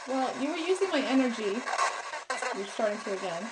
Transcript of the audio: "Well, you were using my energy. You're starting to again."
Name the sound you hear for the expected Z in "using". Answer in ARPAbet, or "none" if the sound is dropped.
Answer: Z